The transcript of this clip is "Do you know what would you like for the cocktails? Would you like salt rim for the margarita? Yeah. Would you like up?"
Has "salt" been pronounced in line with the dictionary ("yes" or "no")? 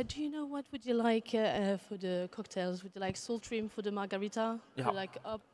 yes